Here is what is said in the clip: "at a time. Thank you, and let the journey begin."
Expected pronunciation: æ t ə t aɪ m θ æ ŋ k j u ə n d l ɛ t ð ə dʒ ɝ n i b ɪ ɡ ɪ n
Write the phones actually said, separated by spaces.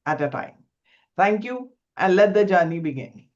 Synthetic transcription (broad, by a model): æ t ə t aɪ m t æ ŋ k j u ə n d l ɛ t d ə dʒ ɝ n i b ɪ ɡ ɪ n